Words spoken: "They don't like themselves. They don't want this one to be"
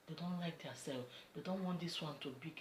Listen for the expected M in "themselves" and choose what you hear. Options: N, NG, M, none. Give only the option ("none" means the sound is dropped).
none